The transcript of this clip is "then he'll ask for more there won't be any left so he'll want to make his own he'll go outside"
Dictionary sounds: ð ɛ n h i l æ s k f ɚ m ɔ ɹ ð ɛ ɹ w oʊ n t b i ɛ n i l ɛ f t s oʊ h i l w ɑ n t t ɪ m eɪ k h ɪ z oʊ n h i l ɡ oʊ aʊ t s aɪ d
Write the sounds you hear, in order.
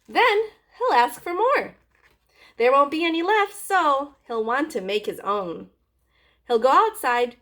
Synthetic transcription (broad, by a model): ð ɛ n h i l æ s k f ɚ m ɔ ɹ ð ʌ ɹ w oʊ n t b i ɛ n i l ɛ f t s oʊ h i l w ɑ n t t ɪ m eɪ k h ɪ z oʊ n h i l ɡ oʊ aʊ t s aɪ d